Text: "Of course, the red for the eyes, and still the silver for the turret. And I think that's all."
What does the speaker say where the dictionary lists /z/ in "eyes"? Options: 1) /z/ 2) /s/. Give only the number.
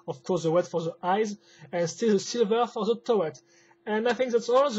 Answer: 1